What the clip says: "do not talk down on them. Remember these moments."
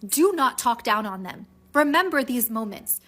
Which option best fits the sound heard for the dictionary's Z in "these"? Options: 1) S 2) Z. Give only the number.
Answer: 2